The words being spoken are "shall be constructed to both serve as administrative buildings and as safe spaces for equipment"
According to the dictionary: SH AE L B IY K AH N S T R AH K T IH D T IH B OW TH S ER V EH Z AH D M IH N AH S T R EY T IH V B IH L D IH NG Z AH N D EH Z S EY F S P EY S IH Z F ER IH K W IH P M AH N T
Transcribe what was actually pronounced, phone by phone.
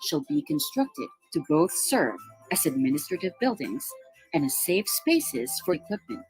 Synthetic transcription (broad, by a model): SH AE L B IY K AH N S T R AH K T IH D T IH B OW TH S ER V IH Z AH D M IH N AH S T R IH T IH V B IH L D IH NG Z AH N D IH S EY F S P EY S IH Z F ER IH K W IH P M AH N T